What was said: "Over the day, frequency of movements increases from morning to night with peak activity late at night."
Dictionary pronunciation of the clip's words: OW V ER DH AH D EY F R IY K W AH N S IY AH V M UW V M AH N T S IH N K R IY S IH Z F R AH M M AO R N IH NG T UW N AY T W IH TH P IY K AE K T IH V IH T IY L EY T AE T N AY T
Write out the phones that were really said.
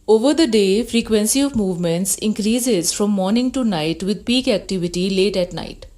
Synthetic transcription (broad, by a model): OW V ER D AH D EY F R IY K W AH N S IY AH V M UW V M AH N T S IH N K R IY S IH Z F R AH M M AO R N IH NG T UW N AY T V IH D P IY K AE K T IH V IH T IY L EY T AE T N AY T